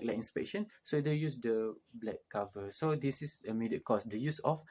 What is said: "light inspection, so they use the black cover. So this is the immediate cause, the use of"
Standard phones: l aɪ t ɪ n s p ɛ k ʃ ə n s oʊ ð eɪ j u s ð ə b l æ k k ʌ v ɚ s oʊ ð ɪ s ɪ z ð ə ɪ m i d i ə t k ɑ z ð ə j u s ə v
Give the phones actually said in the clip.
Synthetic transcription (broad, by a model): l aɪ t ɪ n s p ɛ k ʃ ə n s oʊ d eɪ j u s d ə b l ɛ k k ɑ v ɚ s oʊ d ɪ s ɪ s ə m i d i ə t k ɑ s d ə j u s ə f